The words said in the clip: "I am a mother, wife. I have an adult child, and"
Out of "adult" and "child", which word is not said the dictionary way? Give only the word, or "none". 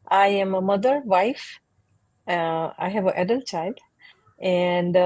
none